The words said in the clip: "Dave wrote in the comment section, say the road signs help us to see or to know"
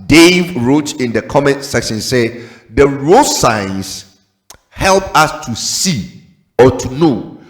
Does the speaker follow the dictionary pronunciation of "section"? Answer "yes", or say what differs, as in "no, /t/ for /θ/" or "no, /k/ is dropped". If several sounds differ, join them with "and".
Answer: yes